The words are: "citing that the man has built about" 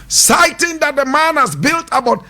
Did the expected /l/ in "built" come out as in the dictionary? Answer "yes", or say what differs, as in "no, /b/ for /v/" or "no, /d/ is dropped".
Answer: yes